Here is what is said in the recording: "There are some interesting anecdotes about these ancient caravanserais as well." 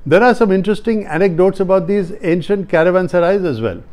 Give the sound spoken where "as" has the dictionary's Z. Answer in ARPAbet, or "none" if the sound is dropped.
Z